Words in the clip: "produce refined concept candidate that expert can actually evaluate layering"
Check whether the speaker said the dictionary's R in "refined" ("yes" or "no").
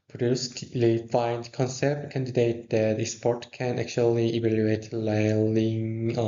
no